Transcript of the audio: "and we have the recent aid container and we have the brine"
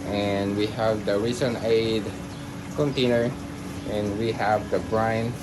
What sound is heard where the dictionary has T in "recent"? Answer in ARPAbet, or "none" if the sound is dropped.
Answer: none